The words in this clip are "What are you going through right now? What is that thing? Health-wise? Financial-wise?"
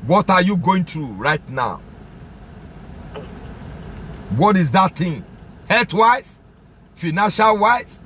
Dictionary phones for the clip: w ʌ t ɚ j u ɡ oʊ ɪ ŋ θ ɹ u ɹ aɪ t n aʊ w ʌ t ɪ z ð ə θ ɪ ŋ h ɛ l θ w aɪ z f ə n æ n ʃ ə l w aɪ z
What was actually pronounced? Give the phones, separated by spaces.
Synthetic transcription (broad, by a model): w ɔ t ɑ j u ɡ oʊ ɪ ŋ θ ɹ u ɹ aɪ t n aʊ w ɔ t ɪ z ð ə t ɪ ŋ h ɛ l t w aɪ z f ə n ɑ n ʃ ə l w aɪ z